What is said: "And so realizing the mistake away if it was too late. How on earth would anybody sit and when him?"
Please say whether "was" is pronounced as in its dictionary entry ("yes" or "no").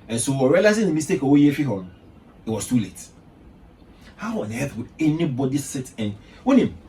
no